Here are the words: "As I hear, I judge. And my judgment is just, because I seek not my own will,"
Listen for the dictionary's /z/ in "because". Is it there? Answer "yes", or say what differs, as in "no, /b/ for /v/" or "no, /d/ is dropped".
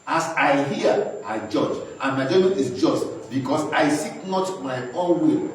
no, /s/ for /z/